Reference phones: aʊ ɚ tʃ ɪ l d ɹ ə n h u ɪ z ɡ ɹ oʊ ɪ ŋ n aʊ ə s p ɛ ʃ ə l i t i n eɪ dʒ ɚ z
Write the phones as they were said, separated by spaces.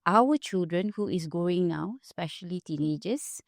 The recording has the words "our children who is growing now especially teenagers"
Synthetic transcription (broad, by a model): aʊ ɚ tʃ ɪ l d ɹ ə n h u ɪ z ɡ oʊ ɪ ŋ n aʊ ə s p ɛ ʃ ə l i t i n eɪ dʒ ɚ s